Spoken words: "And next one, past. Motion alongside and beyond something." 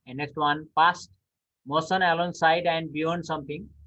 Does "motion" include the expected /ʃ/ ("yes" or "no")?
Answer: no